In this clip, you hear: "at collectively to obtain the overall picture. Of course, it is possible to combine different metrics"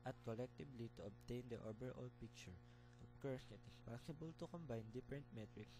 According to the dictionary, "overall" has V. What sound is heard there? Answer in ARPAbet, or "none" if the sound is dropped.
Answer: B